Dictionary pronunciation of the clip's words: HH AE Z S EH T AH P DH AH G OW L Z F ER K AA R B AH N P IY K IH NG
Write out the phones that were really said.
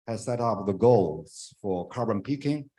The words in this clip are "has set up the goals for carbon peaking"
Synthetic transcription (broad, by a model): HH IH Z S EH T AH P DH AH G OW L Z F ER K AA R B AH N P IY K IH NG